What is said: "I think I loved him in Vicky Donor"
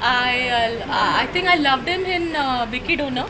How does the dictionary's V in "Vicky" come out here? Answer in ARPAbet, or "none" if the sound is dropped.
B